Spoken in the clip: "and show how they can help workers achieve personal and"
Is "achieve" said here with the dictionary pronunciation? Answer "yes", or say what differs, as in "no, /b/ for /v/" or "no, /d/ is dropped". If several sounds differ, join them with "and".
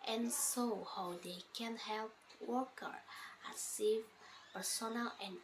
no, /s/ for /tʃ/